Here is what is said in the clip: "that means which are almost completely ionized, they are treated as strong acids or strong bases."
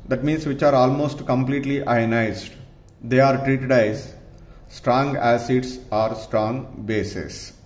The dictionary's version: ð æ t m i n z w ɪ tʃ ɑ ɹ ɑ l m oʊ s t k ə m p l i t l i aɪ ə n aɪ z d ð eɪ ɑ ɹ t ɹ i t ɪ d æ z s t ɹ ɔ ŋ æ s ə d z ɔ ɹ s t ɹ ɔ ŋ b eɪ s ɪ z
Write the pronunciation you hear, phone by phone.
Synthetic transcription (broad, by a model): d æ t m i n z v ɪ tʃ ɑ ɹ ɑ l m oʊ s t k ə m p l i t l i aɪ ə n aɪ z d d eɪ ɑ ɹ t ɹ i t ɪ d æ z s t ɹ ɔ ŋ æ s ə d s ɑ ɹ s t ɹ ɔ ŋ b eɪ s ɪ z